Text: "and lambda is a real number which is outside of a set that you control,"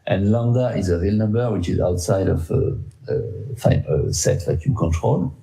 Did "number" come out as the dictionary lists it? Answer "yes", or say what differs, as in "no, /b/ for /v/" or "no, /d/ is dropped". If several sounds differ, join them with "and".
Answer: yes